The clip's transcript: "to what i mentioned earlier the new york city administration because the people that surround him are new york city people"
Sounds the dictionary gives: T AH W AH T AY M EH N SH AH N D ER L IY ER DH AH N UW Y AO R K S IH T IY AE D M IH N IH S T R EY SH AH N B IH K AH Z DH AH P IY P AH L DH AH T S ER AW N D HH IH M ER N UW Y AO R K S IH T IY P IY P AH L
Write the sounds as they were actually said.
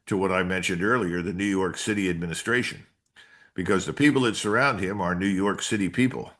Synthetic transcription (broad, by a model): T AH W AH T AY M EH N SH AH N D ER L IY ER DH AH N UW Y AO R K S IH T IY AE D M IH N IH S T R EY SH AH N B IH K AH Z DH AH P IY P L DH AH T S ER AW N D HH IH M ER N UW Y AO R K S IH T IY P IY P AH L